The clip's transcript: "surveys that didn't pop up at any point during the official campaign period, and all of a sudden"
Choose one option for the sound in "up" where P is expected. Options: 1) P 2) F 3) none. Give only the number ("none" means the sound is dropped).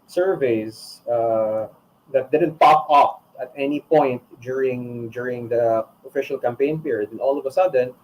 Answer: 2